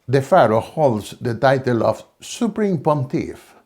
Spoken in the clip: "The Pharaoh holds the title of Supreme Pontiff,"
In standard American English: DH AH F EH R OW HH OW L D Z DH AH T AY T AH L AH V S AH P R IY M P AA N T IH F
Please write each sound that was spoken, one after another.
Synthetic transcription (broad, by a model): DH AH F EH R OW HH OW L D S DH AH T AY T AH L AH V S AH P R IY M P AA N T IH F